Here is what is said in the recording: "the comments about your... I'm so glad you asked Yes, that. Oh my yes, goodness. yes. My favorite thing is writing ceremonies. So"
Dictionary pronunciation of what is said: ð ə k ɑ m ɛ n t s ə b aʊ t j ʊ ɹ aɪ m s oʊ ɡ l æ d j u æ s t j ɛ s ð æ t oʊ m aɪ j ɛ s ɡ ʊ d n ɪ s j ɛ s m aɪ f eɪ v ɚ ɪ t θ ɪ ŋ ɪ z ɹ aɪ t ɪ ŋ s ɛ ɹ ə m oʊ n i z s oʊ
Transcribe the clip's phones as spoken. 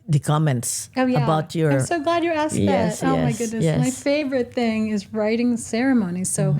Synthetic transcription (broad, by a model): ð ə k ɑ m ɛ n t s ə b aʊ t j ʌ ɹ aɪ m s oʊ ɡ l æ d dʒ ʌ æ s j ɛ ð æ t oʊ m aɪ ɡ ʊ d n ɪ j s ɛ m aɪ f eɪ v ɚ ɪ t θ ɪ ŋ ɪ z ɹ aɪ t ɪ ŋ s ɛ ɹ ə m oʊ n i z s oʊ